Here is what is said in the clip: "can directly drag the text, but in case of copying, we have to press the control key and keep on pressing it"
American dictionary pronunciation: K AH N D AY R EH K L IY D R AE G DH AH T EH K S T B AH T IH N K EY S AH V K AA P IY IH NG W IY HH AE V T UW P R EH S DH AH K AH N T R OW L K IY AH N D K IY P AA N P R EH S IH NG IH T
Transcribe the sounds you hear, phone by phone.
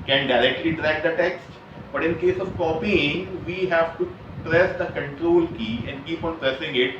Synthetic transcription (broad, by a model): K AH N D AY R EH K L IY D R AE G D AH T EH K S T B AH T IH N K EY S AH V K AA P IY IH NG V IY HH AE V T UW P R EH S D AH K AH N T R OW L K IY AH N D K IY P AA N P R EH S IH NG IH T